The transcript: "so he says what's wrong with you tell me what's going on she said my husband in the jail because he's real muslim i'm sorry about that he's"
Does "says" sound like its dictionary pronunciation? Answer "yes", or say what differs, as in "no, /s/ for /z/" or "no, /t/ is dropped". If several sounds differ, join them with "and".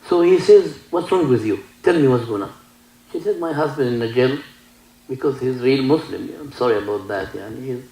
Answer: yes